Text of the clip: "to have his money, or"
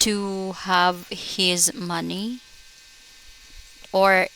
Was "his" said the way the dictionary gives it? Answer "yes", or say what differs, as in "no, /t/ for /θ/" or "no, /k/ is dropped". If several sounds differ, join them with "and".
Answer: yes